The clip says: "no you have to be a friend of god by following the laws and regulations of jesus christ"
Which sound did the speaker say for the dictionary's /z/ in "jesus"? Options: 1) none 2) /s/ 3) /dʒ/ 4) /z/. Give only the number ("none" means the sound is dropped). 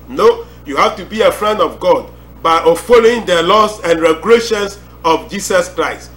2